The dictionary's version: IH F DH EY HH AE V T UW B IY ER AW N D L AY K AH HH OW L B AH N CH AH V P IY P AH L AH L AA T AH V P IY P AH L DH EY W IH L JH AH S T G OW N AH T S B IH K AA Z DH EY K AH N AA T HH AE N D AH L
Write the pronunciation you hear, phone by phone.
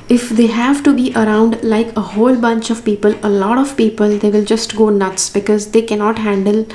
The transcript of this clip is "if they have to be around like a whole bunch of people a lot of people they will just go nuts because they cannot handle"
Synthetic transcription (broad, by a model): IH F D EY HH AE V T UW B IY ER AW N D L AY K AH HH OW L B AH N CH AH V P IY P AH L AH L AA T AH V P IY P AH L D EY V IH L JH AH S T G OW N AH T S B IH K AA Z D EY K AH N AA T HH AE N D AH L